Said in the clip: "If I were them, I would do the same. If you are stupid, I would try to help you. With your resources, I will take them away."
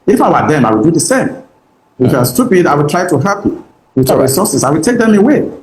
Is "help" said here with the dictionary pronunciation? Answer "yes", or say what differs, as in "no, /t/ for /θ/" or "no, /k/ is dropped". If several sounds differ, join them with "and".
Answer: no, /l/ is dropped